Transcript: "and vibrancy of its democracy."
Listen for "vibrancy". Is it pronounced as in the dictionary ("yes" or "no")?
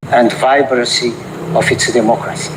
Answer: no